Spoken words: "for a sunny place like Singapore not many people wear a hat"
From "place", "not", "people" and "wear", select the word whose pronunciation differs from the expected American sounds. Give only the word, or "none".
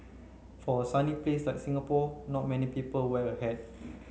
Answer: wear